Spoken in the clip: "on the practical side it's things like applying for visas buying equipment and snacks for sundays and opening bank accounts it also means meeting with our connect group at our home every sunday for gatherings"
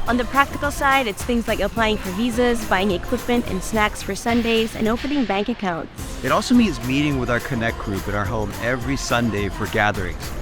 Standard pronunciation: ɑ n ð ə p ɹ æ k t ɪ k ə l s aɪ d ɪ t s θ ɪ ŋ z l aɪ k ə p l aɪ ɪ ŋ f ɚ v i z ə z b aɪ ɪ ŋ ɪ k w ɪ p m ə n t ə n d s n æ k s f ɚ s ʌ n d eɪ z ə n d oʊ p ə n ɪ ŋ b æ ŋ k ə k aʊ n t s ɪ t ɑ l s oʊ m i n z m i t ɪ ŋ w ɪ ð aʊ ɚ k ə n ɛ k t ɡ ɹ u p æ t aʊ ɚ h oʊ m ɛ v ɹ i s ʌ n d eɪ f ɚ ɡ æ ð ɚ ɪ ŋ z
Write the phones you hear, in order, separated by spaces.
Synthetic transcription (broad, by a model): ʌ n ð ə p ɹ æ k t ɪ k l s aɪ d ɪ t s θ ɪ ŋ z l aɪ k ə p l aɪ ɪ ŋ f ɚ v i z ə z b aɪ ɪ ŋ ɪ k w ɪ p m ə n t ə n s n æ k s f ɚ s ʌ n d eɪ z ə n oʊ p ə n ɪ ŋ b æ ŋ k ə k aʊ n t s ɪ t ɑ l s oʊ m i n z m i t ɪ ŋ w ɪ ð aʊ ɚ k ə n ɛ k ɡ ɹ u p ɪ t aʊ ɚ h oʊ m ɛ v ɹ i s ʌ n d eɪ f ɚ ɡ æ ð ɚ ɪ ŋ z